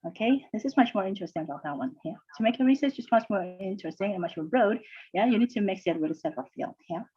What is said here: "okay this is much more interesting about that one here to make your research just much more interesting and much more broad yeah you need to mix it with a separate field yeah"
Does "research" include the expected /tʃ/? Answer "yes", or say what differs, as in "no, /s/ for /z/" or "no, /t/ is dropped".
no, /s/ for /tʃ/